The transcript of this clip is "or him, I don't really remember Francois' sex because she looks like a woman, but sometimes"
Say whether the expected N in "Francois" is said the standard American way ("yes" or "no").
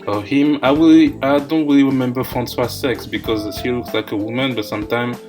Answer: yes